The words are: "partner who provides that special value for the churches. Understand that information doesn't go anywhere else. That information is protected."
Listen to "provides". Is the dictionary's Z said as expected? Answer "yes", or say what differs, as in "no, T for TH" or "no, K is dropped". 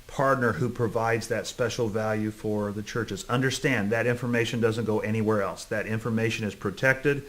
yes